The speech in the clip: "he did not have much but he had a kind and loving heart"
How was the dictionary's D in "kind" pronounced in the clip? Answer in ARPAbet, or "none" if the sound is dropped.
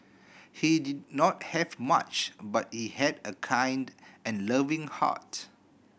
D